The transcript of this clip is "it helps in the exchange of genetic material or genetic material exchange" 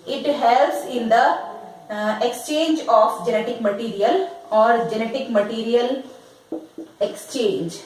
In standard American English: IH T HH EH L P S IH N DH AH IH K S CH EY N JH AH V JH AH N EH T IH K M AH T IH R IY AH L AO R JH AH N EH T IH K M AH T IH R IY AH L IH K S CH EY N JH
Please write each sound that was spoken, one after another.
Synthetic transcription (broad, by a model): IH T HH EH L S IH N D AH IH K S CH EY N JH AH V JH AH N EH T IH K M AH T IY R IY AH L AO R JH AH N EH T IH K M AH T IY R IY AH L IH K S CH EY N JH